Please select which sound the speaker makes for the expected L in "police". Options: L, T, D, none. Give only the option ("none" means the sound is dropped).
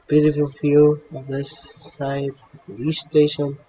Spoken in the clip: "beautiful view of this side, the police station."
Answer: none